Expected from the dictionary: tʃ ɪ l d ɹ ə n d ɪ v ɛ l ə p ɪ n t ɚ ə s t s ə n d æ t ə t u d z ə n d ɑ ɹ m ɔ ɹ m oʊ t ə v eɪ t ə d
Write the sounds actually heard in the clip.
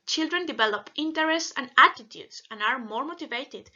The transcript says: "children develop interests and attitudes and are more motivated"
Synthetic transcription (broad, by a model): tʃ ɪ l d ɹ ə n d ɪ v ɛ l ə p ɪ n t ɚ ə s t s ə n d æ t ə t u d s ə n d ɑ ɹ m ɔ ɹ m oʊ t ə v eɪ t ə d